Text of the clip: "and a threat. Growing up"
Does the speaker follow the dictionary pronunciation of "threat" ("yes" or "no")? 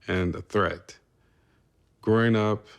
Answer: yes